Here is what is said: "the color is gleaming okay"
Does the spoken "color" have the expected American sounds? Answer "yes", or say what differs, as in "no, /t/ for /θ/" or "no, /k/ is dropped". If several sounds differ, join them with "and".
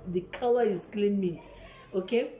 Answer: no, /w/ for /l/